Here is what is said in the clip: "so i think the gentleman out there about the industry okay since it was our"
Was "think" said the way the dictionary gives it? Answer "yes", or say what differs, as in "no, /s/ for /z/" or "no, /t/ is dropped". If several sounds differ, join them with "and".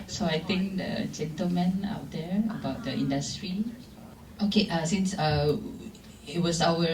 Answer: no, /t/ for /θ/